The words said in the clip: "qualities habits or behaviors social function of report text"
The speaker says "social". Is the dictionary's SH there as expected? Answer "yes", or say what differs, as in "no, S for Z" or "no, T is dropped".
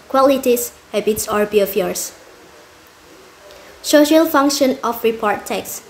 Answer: yes